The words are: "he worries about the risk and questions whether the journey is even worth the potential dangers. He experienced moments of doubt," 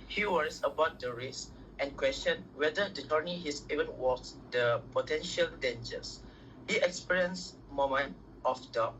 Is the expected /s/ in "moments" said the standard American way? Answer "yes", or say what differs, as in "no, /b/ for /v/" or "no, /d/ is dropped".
no, /s/ is dropped